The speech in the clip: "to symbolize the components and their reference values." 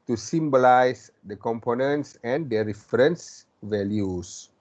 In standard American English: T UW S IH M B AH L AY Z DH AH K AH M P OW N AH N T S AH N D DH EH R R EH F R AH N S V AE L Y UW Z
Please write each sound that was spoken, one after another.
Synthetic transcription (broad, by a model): T UW S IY M B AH L AY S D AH K AH M P OW N AH N T S AH N D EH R R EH F R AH N S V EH L Y UW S